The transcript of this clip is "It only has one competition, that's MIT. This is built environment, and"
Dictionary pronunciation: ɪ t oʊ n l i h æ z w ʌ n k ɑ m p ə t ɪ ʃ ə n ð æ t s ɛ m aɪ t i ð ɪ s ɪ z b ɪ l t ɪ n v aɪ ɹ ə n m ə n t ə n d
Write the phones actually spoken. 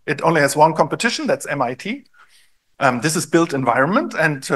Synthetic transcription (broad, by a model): ɪ t oʊ n l i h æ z w ʌ n k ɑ m p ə t ɪ ʃ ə n ð æ t s ɛ m aɪ t i ð ɪ s ɪ z b ɪ l t ɪ n v aɪ ɹ ə n m ə n t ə n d